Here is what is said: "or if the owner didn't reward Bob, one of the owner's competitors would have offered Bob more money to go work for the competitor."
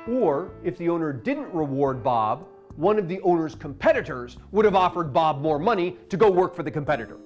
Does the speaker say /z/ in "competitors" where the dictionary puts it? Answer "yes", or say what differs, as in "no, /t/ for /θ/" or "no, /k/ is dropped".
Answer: yes